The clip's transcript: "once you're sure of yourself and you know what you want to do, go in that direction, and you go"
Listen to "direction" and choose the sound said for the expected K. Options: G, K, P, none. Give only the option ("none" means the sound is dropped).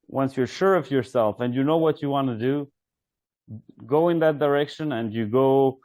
K